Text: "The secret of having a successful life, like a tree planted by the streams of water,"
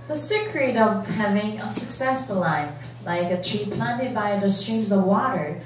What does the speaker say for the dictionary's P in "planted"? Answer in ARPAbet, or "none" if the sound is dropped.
P